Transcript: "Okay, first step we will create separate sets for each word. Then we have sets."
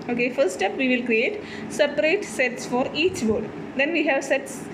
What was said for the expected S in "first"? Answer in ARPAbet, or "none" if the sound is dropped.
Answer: none